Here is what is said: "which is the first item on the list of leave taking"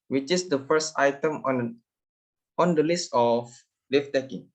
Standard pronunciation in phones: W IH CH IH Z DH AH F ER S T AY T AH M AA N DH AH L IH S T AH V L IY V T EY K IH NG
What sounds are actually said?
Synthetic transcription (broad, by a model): W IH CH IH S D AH F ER S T AY T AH M AA N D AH L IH S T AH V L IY F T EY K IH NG